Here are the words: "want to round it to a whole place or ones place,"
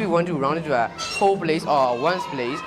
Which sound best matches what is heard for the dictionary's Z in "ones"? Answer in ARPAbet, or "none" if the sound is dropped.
S